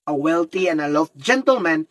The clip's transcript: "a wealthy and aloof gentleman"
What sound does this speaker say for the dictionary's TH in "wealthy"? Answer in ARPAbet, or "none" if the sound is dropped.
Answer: T